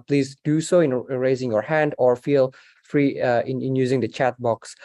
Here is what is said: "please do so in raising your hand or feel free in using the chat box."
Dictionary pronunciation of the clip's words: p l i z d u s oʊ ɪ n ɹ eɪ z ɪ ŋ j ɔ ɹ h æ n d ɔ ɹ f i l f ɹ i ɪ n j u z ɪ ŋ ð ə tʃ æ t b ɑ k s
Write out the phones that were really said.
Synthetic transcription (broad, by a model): p l i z d u s oʊ ɪ n ɹ eɪ z ɪ ŋ j ɔ ɹ h æ n d ɔ ɹ f i l f ɹ i ɪ n j u z ɪ ŋ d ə tʃ æ t b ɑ k s